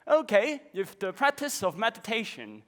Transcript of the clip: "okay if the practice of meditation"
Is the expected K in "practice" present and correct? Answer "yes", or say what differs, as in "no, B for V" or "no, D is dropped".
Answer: yes